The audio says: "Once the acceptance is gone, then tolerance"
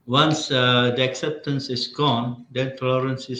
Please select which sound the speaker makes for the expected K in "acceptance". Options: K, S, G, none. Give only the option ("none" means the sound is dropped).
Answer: K